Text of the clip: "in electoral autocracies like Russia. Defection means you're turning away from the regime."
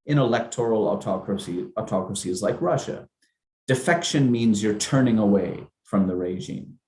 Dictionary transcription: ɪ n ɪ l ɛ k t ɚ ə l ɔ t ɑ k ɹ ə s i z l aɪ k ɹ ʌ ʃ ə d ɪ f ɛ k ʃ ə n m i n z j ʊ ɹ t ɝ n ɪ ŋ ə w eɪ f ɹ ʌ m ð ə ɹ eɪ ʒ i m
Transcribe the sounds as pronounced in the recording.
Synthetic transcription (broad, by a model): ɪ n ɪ l ɛ k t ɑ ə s ɔ t ɑ k ɹ ə s i z l aɪ k ɹ ʌ ʃ ə d ɪ f ɛ k ʃ ə n m i n z j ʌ ɹ t ɝ n ɪ ŋ ə w eɪ f ɹ ʌ m ð ə ɹ eɪ ʒ i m